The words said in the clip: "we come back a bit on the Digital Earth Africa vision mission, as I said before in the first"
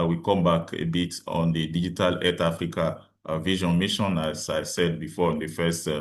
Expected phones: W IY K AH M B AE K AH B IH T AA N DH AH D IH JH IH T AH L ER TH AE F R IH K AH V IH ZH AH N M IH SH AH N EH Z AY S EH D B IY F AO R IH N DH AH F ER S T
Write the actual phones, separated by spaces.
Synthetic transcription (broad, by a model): W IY K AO M B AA K AH B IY T AA N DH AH D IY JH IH T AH L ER T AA F R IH K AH V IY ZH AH N M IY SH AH N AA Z AY S EH D B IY F AO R IH N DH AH F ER S T